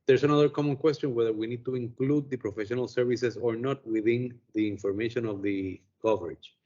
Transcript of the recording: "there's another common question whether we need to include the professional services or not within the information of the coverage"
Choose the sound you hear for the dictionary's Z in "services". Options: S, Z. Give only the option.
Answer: S